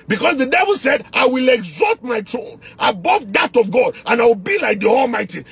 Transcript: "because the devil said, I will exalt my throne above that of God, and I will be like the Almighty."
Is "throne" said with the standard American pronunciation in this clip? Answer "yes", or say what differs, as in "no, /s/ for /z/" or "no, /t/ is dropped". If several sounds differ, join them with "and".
no, /t/ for /θ/